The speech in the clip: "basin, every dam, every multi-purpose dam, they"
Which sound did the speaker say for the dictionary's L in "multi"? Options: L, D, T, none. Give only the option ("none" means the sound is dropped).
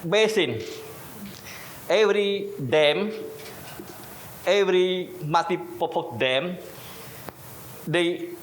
none